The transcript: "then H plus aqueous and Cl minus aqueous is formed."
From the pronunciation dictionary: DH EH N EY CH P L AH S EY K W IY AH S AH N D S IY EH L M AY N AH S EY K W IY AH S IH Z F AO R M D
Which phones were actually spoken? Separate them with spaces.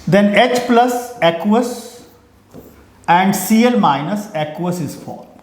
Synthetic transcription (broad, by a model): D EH N EY CH P L AH S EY K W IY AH S AH N D S IY EH L M AY N AH S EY K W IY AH S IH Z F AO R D